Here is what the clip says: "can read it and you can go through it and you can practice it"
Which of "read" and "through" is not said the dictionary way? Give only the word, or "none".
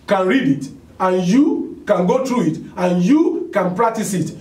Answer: through